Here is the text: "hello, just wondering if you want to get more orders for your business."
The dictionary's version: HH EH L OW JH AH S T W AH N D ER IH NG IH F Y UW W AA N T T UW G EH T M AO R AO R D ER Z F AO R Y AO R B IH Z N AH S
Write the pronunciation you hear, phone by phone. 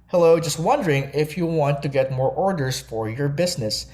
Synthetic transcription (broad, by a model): HH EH L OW JH AH S T W AH N D ER IH NG IH F Y UW W AA N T T UW G EH T M AO R AO R D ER S F AO R Y AO R B IH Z N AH S